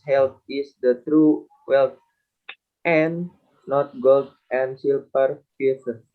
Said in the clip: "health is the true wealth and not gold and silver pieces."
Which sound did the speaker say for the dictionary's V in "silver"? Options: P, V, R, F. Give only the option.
P